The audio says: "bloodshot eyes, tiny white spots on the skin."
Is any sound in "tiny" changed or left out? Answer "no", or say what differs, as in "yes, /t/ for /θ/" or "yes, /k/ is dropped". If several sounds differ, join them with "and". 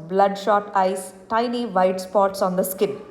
no